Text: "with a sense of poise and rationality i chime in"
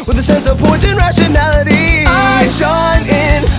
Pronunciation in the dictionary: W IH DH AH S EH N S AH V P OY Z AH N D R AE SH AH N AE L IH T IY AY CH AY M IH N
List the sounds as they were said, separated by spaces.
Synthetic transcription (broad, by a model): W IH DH AH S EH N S AH V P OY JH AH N R AE SH AH N AE L IH T IY AY SH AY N IH N